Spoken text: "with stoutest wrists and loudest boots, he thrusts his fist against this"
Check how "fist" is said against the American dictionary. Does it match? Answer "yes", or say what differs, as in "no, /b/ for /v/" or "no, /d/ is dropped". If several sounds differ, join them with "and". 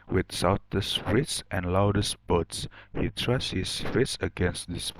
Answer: no, /t/ is dropped